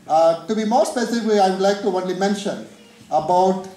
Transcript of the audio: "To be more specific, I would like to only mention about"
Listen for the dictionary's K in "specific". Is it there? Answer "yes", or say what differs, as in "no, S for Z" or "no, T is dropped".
no, K is dropped